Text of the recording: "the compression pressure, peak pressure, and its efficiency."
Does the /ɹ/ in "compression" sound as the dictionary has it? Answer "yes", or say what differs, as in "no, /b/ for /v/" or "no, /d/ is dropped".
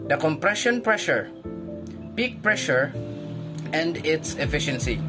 yes